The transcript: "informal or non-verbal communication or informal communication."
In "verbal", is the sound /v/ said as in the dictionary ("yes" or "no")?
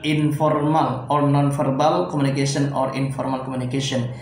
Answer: no